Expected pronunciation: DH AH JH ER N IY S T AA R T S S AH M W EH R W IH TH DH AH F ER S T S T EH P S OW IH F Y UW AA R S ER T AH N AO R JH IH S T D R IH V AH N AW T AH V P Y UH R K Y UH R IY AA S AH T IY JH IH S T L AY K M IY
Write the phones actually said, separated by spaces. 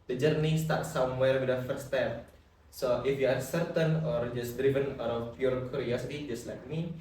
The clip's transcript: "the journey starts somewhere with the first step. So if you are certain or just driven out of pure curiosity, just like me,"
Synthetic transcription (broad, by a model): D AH JH ER N IY S T AA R T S S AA M W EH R W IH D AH F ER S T S T EH P S OW IH F Y UW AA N S ER T AH N AO R JH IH S D R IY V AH N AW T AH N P Y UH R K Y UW R IY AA S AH T IY JH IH S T L AY K M IY